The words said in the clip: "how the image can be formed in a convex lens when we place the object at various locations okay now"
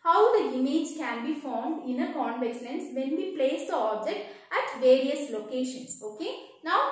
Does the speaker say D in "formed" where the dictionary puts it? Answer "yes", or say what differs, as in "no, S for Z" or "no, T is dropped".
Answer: yes